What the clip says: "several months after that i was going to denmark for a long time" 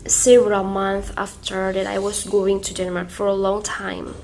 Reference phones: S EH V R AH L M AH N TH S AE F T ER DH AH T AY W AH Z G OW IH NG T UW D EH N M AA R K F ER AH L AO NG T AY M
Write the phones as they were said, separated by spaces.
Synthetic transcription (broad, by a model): S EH V R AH L M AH N TH AE F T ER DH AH T AY W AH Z G OW IH NG T UW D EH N M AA R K F ER AH L AO NG T AY M